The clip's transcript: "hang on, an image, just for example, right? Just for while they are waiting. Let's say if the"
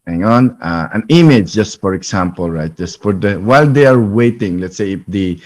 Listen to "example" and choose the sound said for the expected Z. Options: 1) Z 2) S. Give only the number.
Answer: 2